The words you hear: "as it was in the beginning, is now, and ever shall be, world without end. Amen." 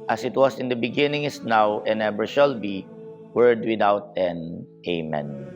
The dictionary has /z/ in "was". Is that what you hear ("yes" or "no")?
no